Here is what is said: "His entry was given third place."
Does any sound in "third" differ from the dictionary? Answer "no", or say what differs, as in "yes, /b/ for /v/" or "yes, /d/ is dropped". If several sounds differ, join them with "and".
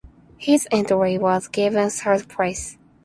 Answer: yes, /s/ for /θ/